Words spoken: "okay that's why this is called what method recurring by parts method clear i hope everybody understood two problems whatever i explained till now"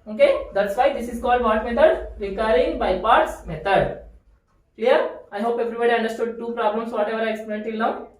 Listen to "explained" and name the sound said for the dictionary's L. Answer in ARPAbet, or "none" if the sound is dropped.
none